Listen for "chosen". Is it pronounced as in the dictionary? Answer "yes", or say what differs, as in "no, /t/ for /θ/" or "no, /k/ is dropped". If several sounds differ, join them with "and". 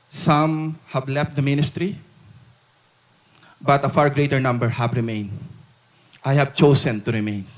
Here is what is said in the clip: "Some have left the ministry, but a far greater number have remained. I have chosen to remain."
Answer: no, /s/ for /z/